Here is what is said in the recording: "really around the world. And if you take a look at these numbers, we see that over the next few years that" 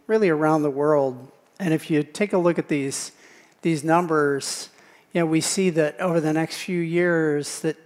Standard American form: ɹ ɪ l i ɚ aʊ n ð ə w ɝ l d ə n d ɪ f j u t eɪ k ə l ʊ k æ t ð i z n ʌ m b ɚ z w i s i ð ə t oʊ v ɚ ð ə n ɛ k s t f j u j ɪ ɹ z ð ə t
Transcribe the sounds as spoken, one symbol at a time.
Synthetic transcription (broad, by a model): ɹ ɪ l i ɚ aʊ n ð ə w ɝ l d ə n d ɪ f j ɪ t eɪ k ə l ʊ k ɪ t ð i z n ʌ m b ɚ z w i s i ð ə t oʊ v ɚ ð ə n ɛ k s t f j u j ɪ ɹ z ð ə t